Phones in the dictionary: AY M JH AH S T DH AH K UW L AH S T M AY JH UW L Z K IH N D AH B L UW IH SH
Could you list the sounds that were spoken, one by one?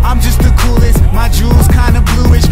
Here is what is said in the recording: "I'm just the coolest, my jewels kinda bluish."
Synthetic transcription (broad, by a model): AY M JH AH S T DH AH K UW L AH S T M AY JH UW L Z K IH N D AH B L UW IH SH